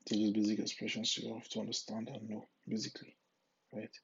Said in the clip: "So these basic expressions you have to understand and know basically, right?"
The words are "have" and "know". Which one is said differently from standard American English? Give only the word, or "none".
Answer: have